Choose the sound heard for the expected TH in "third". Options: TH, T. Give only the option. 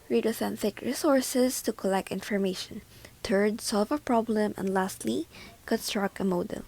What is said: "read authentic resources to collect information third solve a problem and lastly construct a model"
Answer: T